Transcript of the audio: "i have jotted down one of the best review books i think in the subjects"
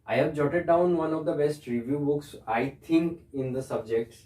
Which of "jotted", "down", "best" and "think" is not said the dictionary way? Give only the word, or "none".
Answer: think